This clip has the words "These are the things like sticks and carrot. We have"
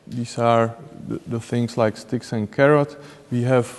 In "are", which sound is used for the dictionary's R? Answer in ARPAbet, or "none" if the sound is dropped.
R